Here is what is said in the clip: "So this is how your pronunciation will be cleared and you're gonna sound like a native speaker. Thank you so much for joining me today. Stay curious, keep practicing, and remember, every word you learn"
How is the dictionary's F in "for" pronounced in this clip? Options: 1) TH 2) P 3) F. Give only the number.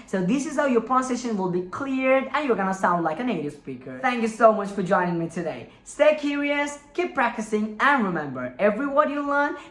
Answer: 3